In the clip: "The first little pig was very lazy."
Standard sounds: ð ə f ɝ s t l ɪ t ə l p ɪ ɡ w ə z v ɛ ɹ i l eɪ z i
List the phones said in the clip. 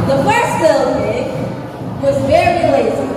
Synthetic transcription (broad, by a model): ð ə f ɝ s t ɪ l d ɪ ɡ w ə z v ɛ ɹ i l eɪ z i